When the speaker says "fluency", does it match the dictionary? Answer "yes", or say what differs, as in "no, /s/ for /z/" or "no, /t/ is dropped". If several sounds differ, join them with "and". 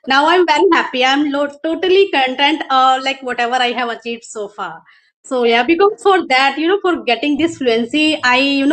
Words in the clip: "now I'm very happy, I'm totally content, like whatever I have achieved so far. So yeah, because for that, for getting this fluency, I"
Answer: yes